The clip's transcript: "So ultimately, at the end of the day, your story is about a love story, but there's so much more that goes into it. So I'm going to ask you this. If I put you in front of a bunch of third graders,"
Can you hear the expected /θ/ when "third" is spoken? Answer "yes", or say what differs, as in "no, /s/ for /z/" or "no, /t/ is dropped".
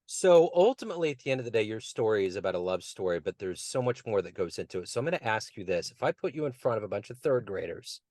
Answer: yes